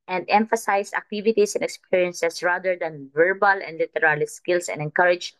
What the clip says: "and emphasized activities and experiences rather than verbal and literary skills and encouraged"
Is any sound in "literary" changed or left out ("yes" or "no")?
yes